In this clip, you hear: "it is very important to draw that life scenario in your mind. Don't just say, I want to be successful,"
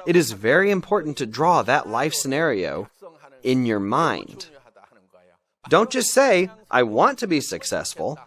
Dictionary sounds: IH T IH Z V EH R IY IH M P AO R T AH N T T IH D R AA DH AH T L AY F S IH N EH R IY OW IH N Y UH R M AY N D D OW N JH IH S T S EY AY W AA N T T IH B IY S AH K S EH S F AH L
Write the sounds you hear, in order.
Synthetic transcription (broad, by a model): IH T IH Z V EH R IY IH M P AO R T N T T IH D R AA DH AH T L AY F S IH N EH R IY OW IH N Y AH R M AY N D D OW N CH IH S S EY AY W AA N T T IH B IY S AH K S EH S F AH L